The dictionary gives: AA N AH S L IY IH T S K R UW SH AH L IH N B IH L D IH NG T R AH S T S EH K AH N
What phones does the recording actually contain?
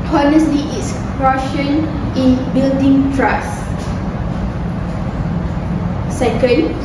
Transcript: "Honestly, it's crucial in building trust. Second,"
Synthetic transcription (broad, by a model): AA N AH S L IY IH T S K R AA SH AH N IH N B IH L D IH NG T R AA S S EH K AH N